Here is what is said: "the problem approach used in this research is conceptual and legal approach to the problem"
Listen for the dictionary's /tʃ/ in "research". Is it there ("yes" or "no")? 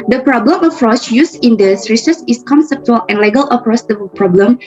no